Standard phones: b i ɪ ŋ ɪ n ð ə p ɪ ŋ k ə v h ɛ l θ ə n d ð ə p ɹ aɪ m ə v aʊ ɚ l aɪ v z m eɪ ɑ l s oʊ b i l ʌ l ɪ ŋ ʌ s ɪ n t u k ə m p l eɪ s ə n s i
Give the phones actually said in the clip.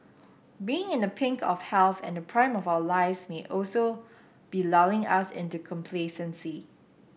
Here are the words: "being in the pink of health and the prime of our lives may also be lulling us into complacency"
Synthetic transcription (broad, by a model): b i ɪ ŋ ɪ n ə p ɪ ŋ k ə f h ɛ l θ ə n d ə p ɹ aɪ m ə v aʊ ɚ l aɪ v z m eɪ ɑ l s oʊ b i l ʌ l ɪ ŋ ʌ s ɪ n t u k ə m p l eɪ s ə n s i